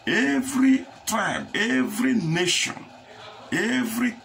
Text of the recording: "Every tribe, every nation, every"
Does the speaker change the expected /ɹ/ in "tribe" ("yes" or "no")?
yes